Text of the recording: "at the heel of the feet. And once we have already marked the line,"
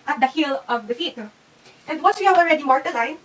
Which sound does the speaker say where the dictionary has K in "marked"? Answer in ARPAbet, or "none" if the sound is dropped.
none